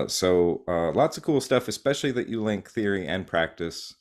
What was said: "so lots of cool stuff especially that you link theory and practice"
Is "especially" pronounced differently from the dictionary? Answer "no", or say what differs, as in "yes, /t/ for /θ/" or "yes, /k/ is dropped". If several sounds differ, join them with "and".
no